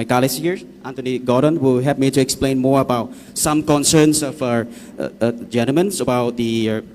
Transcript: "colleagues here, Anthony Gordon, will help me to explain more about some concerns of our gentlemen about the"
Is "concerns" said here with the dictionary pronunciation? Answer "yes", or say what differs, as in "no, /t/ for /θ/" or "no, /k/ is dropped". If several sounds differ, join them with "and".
no, /s/ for /z/